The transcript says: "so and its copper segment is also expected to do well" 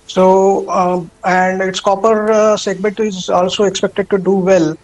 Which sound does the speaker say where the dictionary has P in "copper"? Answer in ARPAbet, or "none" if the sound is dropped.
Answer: P